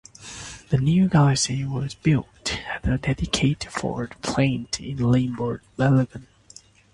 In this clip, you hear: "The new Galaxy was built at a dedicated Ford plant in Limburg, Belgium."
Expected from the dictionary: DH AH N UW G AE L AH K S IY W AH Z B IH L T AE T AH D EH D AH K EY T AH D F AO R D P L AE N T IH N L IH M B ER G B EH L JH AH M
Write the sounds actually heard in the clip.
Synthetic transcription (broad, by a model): DH AH N UW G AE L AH S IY W AH Z B IH L T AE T AH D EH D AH K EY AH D F AO R D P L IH N T IH N L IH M B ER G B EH L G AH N